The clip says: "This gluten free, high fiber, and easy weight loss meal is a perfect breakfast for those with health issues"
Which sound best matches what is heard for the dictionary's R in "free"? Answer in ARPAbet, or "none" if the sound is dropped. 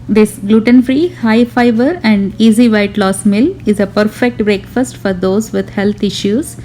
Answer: R